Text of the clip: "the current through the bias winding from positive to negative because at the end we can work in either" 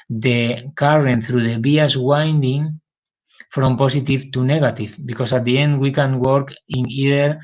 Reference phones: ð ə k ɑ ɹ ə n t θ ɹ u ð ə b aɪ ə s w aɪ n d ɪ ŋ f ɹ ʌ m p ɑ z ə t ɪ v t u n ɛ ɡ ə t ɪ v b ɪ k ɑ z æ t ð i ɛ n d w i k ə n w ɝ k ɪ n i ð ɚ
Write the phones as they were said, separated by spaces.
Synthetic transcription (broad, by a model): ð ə k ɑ ɹ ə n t θ ɹ u ð ə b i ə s w aɪ n d ɪ ŋ f ɹ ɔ m p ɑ s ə t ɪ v t u n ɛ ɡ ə t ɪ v b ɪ k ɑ s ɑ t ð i ɛ n d w i k ə n w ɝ k ɪ n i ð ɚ